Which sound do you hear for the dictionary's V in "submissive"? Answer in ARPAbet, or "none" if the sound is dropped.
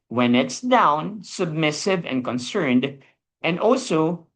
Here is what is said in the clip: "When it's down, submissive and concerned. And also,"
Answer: V